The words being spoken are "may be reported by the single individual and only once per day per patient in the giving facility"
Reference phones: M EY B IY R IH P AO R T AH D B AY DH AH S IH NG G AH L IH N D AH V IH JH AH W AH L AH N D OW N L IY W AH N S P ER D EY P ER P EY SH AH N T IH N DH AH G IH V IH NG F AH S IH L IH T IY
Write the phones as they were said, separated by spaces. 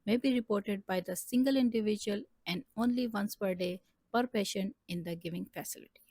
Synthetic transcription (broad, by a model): M EY B IY R IH P AO R T AH D B AY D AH S IH NG G AH L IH N D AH V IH JH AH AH L AH N D OW N L IY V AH N S P ER D EY P ER P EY SH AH N IH N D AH G IH V IH NG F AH S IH L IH T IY